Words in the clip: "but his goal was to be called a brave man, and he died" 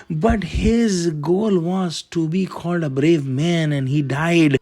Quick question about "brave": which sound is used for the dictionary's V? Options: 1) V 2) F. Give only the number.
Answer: 1